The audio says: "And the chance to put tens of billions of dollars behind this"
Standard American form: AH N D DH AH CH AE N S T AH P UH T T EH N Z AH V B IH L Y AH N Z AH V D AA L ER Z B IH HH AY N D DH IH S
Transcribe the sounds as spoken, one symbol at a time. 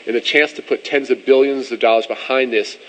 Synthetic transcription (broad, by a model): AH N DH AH CH AE N S T AH P UH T T EH N Z AH V B IH L Y AH N Z AH V D AA L ER Z B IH HH AY N DH IH S